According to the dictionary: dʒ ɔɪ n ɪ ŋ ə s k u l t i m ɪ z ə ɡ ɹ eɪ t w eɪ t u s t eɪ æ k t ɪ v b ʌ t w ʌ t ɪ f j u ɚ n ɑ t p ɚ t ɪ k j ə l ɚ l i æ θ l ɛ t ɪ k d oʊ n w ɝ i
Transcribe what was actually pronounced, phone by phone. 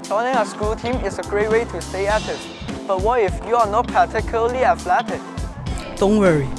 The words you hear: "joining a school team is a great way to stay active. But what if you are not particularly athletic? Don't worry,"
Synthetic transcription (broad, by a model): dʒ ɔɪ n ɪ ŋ ə s k u l t i m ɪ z ə ɡ ɹ eɪ t w eɪ t u s t eɪ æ t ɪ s b ʌ t w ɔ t ɪ f j u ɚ n ɑ t p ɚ t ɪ k j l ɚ l i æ f l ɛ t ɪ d d oʊ n w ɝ i